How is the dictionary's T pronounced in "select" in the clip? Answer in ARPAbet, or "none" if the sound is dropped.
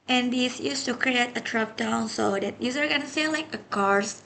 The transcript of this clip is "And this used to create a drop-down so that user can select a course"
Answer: none